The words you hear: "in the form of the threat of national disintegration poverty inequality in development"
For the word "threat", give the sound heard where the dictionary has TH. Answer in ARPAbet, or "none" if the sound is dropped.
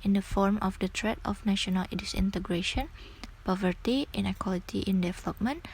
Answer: T